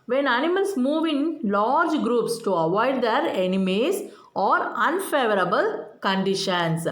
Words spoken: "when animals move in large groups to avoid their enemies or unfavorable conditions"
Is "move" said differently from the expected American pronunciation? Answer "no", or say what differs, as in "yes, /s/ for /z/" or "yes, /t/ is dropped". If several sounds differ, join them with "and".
no